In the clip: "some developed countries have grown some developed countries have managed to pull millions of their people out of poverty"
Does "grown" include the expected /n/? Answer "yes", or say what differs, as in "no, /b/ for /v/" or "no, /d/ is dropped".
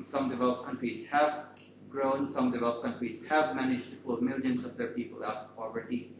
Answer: yes